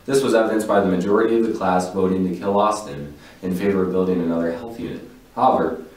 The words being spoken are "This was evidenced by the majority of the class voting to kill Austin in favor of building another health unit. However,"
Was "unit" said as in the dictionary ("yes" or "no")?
no